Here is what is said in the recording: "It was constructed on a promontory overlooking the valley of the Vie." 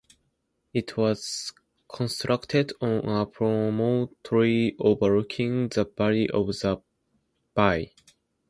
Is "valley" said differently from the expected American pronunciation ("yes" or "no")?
yes